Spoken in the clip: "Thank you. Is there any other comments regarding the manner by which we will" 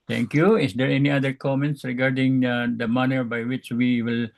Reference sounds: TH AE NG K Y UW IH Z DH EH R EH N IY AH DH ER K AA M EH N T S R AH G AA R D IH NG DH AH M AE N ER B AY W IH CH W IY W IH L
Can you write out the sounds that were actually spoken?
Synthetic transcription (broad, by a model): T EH NG K Y UW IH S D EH R EH N IY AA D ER K AA M EH N T S R AH G AA R D IH NG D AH M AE N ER B AY W IH CH W IY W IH L